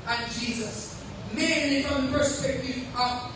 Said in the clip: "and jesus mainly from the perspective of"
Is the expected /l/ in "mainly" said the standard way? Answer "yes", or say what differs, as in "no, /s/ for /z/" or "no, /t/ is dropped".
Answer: yes